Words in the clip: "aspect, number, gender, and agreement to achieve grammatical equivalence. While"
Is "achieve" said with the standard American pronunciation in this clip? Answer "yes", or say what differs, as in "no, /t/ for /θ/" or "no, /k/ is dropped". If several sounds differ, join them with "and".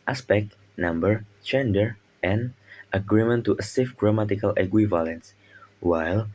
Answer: no, /s/ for /tʃ/ and /f/ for /v/